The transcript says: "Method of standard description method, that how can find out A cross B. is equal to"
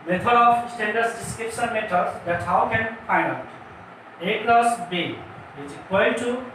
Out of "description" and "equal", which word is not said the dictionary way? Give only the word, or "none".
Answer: equal